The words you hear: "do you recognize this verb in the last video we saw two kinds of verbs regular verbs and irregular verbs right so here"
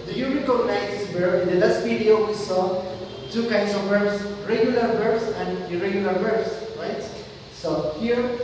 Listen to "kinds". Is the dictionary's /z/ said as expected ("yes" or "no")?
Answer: no